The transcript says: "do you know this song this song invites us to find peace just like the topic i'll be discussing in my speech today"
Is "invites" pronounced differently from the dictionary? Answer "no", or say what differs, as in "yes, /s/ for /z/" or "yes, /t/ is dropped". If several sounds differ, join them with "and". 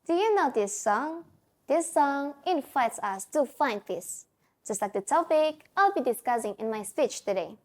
no